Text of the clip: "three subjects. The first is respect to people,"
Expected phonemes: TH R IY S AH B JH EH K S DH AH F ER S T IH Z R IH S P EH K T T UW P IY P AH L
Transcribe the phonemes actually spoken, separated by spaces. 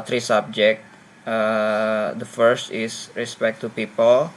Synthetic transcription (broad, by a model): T R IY S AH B JH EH K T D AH F ER S T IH S R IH S P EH K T T UW P IY P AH L